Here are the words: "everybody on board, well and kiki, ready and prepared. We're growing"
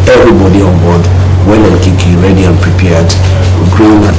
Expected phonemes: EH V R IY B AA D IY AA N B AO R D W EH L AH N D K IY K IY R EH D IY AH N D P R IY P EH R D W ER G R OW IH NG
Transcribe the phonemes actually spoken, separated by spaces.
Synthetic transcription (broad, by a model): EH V R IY B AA D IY AA N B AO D W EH N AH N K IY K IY R EH D IY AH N P R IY P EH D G R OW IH